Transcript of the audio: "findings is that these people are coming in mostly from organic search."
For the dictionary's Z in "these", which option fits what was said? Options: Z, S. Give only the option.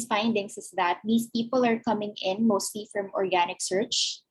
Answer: S